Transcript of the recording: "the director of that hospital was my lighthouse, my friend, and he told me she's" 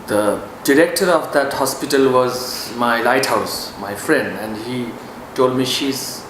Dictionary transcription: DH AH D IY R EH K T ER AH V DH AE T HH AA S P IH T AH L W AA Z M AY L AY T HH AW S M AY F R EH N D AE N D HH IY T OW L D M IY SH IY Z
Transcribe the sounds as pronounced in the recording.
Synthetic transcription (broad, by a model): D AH D IY R EH K T ER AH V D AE T HH AA S P IH T AH L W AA Z M AY L AY T HH AW S M AY F R EH N D AE N D HH IY T OW L D M IY SH IY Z